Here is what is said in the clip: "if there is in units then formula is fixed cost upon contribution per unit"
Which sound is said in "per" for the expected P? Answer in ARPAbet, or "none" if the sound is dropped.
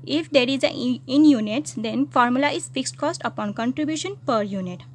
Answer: P